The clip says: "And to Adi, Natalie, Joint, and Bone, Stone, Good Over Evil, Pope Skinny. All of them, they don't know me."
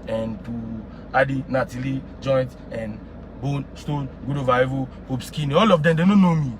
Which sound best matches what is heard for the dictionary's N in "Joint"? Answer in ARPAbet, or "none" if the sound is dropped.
N